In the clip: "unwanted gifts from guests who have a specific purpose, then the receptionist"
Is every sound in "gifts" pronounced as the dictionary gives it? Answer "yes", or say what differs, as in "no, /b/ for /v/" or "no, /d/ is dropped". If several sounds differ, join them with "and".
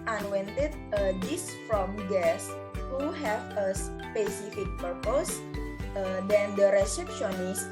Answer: no, /f/ is dropped